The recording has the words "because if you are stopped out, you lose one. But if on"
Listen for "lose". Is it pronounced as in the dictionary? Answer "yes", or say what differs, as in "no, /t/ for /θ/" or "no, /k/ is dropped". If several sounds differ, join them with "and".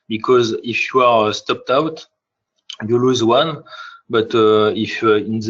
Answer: yes